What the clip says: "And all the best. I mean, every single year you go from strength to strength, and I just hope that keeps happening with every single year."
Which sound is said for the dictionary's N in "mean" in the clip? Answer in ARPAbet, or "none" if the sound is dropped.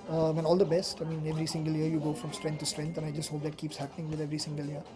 N